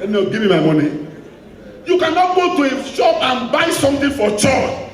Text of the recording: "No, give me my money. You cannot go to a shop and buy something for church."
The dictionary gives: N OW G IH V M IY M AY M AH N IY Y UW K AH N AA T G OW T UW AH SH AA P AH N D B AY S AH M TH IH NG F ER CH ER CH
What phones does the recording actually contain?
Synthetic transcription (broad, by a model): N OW G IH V M IY M AY M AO N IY Y UW K AH N AA T G OW T UW AH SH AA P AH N B AY S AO M T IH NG F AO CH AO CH